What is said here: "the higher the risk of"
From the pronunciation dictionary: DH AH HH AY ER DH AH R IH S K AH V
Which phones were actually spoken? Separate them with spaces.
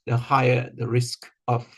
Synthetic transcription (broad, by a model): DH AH HH AY ER DH AH R IH S K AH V